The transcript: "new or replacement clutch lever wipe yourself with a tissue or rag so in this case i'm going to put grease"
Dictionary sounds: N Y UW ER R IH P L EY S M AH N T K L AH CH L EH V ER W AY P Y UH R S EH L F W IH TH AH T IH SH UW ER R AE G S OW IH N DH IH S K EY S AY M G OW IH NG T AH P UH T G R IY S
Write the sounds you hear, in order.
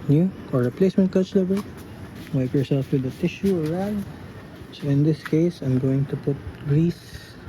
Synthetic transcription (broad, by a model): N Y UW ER R IH P L EY S M AH N T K AH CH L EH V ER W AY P Y UH R S EH L F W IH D AH T IH SH UW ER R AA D S OW IH N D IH S K EY S AY M G OW IH NG T AH P UH T G R IY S